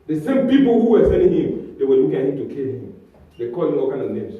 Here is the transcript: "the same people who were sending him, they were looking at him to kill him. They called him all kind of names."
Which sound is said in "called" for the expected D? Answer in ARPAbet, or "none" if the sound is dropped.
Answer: none